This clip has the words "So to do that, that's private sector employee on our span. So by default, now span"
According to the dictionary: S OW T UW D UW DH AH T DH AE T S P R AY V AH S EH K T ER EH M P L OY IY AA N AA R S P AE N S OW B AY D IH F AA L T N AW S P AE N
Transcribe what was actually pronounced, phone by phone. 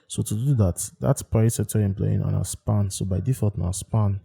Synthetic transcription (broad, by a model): S OW T UW D UW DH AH T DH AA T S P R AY AH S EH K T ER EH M P L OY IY AA N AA S P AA N S OW B AY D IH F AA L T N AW S P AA N